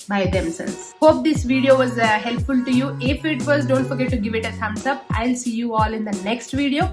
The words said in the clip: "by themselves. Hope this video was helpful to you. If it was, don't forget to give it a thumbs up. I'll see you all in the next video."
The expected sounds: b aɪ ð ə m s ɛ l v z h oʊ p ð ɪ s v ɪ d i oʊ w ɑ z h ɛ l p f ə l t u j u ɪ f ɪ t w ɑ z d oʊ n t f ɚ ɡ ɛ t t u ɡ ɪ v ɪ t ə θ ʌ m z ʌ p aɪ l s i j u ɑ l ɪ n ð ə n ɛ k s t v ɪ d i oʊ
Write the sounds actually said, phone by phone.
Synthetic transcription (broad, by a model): b aɪ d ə m s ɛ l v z h oʊ p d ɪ s v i d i oʊ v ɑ z h ɛ l p f ə l t u j u ɪ f ɪ t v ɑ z d oʊ n t f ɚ ɡ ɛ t t u ɡ ɪ v ɪ t ə s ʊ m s ʌ p aɪ l s i j u ɑ l ɪ n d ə n ɛ k s t v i d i oʊ